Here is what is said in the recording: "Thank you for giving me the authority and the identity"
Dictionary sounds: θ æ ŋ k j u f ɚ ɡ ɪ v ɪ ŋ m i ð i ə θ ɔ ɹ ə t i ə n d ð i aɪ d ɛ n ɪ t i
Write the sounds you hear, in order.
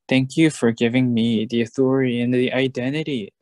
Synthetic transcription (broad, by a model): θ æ ŋ k j u f ɚ ɡ ɪ v ɪ ŋ m i ð i ə θ ɔ ɹ ə t i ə n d ð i aɪ d ɛ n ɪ t i